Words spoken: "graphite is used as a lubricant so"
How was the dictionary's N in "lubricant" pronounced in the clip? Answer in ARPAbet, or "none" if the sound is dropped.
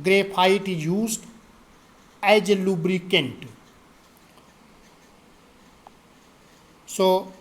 N